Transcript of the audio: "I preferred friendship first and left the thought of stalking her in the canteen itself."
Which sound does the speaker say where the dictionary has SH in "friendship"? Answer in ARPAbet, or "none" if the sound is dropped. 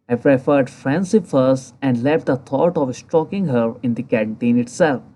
S